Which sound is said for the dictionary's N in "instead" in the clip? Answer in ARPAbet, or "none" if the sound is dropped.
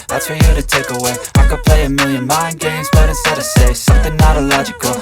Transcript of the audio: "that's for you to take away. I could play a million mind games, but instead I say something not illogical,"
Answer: none